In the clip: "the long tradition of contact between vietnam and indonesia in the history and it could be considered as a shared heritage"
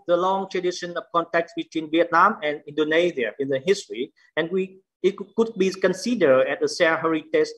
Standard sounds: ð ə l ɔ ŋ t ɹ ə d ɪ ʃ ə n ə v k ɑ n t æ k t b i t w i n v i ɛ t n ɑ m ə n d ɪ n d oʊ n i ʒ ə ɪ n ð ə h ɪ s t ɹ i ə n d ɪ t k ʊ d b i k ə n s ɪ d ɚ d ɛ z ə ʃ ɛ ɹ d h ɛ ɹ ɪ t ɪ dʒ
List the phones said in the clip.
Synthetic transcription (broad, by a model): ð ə l ɔ ŋ t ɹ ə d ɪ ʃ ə n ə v k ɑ n t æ k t b i t w i n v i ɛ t n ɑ m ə n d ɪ n d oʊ n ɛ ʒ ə ɪ n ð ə h ɪ s t ɹ i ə n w ɪ t k ʊ d b i k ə n s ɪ d ɚ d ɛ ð ə s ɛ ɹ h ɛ ɹ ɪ t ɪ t